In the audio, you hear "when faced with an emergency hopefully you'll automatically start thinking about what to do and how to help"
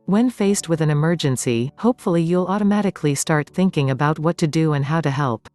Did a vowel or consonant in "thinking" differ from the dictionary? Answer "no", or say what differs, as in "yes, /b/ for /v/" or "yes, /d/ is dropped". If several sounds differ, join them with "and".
no